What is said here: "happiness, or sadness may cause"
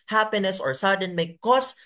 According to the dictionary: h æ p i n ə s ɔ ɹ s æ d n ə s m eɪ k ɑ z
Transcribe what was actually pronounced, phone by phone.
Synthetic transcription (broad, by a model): h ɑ p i n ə s ɔ ɹ s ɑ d ə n m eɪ k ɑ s